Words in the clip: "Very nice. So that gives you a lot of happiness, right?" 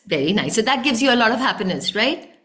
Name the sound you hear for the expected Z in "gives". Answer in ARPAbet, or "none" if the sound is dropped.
Z